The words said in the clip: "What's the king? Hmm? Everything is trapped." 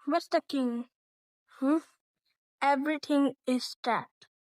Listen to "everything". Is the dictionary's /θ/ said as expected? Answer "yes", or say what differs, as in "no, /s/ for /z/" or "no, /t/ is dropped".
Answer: no, /t/ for /θ/